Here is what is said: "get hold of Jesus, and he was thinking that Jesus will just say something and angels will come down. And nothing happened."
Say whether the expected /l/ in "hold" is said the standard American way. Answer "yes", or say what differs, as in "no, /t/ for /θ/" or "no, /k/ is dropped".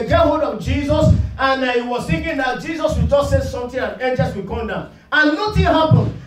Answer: no, /l/ is dropped